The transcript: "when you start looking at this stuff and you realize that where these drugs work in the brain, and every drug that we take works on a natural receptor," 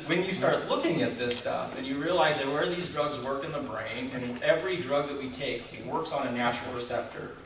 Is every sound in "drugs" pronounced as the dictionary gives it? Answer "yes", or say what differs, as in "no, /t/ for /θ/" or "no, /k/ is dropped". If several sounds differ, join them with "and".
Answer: yes